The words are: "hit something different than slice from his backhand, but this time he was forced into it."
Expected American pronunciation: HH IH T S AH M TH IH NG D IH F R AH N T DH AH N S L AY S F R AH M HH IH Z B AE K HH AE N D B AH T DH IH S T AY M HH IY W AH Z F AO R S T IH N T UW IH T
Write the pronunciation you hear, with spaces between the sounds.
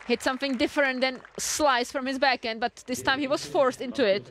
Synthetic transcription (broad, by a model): HH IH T S AH M TH IH NG D IH F R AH N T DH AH N S L AY S F R AH M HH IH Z B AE K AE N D B AH T DH IH S T AY M HH IY W AH Z F AO R S T IH N T UW IH T